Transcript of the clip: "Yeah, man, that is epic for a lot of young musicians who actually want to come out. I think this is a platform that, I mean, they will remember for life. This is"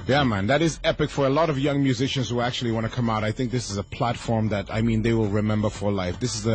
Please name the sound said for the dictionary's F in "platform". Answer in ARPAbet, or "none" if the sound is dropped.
F